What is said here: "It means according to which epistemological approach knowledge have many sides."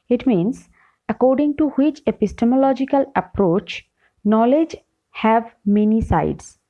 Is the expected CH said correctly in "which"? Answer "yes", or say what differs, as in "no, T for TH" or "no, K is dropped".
yes